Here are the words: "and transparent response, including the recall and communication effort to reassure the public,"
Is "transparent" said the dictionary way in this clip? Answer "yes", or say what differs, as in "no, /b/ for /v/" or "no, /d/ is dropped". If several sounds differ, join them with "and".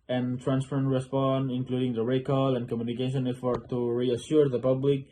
no, /f/ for /p/